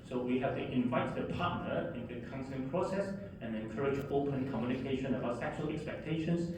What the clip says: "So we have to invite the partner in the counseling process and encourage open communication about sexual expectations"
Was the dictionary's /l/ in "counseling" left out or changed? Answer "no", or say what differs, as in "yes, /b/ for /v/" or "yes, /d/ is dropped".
yes, /l/ is dropped